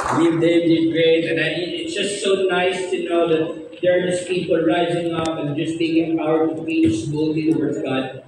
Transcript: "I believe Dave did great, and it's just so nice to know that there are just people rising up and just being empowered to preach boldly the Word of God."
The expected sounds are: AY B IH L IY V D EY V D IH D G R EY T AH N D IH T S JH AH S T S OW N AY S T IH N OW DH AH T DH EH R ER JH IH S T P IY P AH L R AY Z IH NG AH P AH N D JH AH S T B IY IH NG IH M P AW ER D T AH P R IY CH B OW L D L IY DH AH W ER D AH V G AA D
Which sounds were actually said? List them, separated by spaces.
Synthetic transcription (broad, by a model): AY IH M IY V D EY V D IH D G R EY T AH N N IH T S JH AH S T S OW N AY S T IH N OW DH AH T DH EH R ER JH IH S P IY P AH L R AY Z IH NG AH P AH N JH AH S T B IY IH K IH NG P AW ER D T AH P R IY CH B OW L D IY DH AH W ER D AH V G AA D